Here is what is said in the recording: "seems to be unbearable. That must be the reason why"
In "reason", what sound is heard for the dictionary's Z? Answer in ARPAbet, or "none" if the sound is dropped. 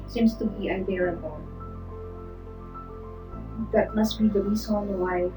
S